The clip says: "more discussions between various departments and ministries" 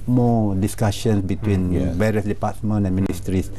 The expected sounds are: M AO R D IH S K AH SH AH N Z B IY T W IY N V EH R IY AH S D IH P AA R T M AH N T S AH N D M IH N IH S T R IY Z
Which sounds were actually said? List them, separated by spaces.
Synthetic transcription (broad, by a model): M AO D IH S K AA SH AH N S B IY T W IY N V EH R IY AH S D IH P AA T M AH N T AH N M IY N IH S T R IY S